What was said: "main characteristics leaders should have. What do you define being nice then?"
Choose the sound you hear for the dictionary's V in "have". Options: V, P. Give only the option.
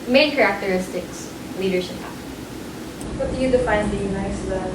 P